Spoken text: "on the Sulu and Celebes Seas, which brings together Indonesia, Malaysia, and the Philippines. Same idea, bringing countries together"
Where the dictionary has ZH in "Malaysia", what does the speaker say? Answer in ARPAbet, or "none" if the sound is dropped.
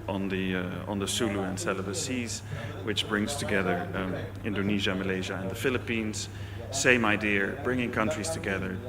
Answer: ZH